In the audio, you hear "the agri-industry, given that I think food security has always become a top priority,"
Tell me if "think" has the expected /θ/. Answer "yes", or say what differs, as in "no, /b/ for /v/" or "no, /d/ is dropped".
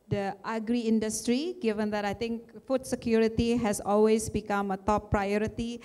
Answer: no, /t/ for /θ/